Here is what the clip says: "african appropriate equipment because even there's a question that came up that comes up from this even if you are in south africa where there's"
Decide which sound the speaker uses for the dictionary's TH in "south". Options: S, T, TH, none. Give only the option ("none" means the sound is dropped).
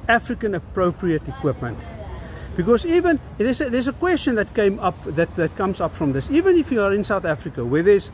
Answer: TH